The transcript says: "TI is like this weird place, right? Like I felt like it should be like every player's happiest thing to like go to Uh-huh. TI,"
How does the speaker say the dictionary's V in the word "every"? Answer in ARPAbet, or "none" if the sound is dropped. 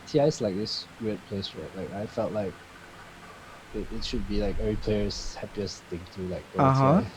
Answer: none